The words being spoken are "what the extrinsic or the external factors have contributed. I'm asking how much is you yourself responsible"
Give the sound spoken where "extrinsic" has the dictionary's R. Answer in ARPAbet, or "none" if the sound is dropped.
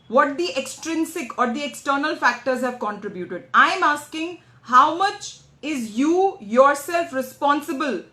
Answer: R